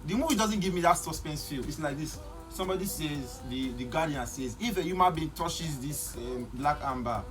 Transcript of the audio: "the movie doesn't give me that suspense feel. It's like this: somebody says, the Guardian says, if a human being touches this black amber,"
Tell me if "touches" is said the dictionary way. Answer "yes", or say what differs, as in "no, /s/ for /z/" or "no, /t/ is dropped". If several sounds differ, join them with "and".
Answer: no, /ʃ/ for /tʃ/